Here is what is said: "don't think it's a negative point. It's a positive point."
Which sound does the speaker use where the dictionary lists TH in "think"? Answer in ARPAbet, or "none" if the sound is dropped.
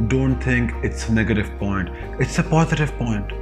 T